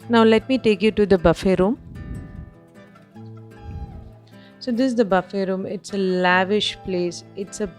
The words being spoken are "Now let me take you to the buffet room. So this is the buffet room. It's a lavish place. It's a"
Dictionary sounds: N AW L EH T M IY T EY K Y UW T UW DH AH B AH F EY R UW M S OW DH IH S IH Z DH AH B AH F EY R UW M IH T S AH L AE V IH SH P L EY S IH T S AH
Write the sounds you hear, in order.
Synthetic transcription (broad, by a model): N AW L EH T M IY T EY K Y UW T UW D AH B AH F EY R UW M S OW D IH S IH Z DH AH B AH F EY R UW M IH T S AH L AE V IH SH P L EY S IH T S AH